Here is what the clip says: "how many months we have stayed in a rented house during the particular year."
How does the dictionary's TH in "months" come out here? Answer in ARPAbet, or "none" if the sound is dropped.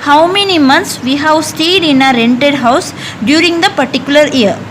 T